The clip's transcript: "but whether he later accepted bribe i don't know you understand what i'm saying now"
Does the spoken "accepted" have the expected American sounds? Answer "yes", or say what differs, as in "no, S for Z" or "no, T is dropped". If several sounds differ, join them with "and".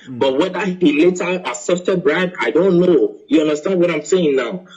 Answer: no, K is dropped